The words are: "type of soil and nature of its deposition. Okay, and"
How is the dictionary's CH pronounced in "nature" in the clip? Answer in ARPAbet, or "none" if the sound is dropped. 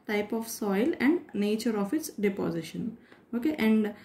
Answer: CH